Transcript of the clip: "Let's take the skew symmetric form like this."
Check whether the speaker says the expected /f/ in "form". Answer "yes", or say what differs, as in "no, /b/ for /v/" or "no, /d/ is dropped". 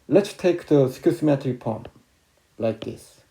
no, /p/ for /f/